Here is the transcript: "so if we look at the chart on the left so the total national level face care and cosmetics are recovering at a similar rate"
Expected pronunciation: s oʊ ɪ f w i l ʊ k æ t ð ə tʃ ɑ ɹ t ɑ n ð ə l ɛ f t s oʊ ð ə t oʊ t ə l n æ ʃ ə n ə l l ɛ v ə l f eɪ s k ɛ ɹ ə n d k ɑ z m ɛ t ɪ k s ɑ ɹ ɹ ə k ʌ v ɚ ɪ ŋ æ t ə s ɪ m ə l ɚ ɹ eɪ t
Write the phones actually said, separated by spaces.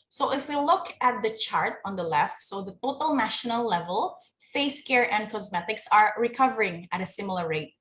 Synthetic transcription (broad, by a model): s oʊ ɪ f w i l ʊ k æ t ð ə tʃ ɑ ɹ t ɑ n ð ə l ɛ f t s oʊ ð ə t oʊ t ə l n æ ʃ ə n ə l l ɛ v ə l f eɪ s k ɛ ɹ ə n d k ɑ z m ɛ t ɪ k s ɑ ɹ ɹ ə k ʌ v ɚ ɪ ŋ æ t ə s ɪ m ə l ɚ ɹ eɪ t